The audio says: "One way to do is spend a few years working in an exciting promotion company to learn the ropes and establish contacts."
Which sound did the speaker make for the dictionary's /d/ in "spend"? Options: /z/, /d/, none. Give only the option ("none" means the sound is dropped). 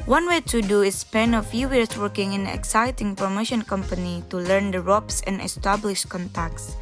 none